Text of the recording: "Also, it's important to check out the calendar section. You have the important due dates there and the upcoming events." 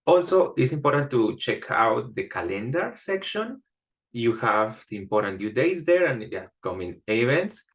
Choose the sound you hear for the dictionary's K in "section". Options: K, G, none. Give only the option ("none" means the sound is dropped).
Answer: K